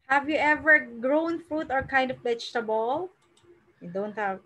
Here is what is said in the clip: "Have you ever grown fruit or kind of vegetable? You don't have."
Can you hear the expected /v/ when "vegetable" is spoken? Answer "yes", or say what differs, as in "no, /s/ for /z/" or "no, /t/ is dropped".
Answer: no, /b/ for /v/